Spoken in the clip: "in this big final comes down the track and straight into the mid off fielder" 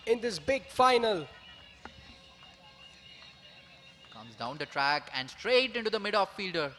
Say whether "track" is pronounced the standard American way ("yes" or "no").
yes